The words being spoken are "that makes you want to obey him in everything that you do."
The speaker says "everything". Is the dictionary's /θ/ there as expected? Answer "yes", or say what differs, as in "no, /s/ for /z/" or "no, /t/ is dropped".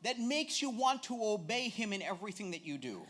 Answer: yes